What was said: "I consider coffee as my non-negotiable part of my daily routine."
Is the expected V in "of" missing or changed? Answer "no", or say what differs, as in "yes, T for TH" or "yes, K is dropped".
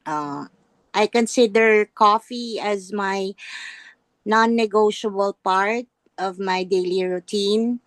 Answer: no